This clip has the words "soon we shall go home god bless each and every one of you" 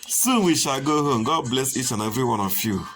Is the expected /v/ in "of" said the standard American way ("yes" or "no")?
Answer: no